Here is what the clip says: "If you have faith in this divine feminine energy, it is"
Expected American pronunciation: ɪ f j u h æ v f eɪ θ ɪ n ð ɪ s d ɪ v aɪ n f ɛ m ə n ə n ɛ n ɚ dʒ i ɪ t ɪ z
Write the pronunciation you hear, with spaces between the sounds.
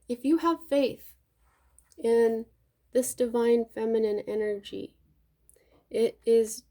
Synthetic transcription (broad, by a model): ɪ f j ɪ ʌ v f eɪ θ ɪ n ð ɪ s d ɪ v aɪ n f ɛ m ə n ə n ɛ n ɚ dʒ i ɪ t ɪ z